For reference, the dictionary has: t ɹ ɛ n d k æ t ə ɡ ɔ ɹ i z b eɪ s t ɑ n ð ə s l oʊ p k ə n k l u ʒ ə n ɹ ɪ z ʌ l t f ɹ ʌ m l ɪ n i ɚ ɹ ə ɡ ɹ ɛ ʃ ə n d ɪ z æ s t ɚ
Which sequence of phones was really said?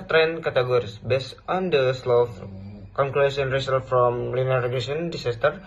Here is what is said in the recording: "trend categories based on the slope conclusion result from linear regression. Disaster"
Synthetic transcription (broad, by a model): t ɹ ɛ n k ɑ t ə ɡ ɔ ɹ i s b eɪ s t ɑ n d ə s l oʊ f k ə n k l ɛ s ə n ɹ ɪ s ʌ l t f ɹ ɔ m l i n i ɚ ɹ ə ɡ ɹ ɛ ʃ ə n d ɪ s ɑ s t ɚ